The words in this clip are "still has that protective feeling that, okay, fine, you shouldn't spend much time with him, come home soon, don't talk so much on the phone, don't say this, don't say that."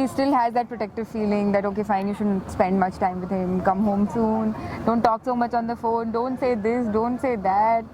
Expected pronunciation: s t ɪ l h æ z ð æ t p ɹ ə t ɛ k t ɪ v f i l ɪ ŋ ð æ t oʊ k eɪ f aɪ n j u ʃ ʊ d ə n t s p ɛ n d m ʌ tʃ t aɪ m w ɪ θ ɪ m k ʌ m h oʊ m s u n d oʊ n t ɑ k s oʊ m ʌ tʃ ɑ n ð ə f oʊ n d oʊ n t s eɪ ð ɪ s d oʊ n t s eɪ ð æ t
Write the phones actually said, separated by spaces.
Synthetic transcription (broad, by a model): s t ɪ l h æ z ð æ t p ɹ ə t ɛ k t ɪ v f i l ɪ ŋ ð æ t oʊ k eɪ f aɪ n j u ʃ ʊ d ə n t s p ɛ n d m ʌ tʃ t aɪ m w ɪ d ɪ m k ʌ m h oʊ m s u n d oʊ n t ɑ k s oʊ m ʌ tʃ ɑ n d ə f oʊ n d oʊ n t s eɪ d ɪ s d oʊ n t s eɪ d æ t